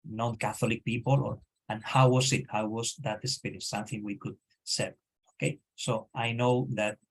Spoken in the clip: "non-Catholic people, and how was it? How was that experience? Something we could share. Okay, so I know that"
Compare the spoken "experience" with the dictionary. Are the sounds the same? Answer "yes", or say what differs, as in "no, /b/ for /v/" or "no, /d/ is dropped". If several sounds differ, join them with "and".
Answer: no, /k/ is dropped